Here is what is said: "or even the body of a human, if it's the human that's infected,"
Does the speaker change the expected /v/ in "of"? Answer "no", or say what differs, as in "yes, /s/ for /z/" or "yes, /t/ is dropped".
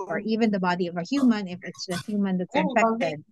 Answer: no